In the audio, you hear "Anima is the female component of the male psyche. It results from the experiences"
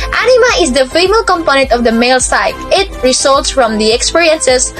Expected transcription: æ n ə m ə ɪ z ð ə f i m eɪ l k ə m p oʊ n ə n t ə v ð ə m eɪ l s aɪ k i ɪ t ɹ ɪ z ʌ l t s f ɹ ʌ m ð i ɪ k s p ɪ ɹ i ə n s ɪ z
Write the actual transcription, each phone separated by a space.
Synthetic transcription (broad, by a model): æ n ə m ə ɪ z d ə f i m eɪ l k ə m p oʊ n ə n t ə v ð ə m eɪ l s aɪ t ɪ t ɹ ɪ s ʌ l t s f ɹ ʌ m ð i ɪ k s p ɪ ɹ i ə n s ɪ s